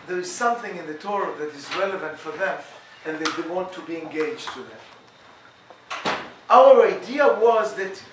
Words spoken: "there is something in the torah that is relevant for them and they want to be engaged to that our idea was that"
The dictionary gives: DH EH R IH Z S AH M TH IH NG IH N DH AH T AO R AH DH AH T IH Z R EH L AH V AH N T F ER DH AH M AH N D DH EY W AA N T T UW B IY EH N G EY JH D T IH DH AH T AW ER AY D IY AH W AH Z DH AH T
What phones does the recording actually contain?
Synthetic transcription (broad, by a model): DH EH R IH Z S AH M TH IH NG IH N DH AH T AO R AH DH AH T IH Z R EH L AH V AH N T F ER DH AH M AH N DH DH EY W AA N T T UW B IY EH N G EY JH T IH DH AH T AW ER AY D IY AH W AH Z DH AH T